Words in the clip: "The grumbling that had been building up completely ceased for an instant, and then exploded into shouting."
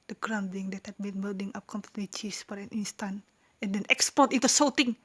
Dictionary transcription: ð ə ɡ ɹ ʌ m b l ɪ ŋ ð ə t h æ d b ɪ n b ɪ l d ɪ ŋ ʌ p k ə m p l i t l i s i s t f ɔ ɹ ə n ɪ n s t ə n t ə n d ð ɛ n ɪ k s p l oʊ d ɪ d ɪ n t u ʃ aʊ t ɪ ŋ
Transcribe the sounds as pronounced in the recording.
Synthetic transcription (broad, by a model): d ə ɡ ɹ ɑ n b ɪ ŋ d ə t h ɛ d b ɪ n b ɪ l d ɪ ŋ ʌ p k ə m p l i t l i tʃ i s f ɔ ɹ ə n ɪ n s t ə n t ə n d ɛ n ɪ k s p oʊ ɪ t ɪ n t u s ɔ t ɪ ŋ